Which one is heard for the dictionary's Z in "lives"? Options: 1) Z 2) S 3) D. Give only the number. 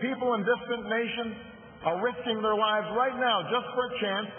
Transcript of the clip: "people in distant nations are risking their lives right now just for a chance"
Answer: 1